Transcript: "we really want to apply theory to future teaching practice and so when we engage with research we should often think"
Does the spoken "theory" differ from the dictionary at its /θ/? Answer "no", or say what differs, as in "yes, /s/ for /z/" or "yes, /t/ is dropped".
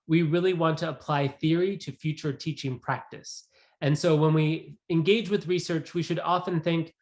no